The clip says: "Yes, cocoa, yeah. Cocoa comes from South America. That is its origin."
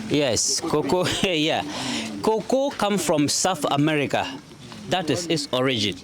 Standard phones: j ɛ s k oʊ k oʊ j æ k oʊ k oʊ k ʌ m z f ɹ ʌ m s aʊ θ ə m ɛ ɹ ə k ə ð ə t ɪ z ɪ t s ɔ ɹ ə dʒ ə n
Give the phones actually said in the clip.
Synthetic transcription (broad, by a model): j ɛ s k oʊ k oʊ j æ k oʊ k oʊ k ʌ m f ɹ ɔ m s aʊ θ ə m ɛ ɹ ə k ə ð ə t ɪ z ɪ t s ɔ ɹ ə dʒ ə n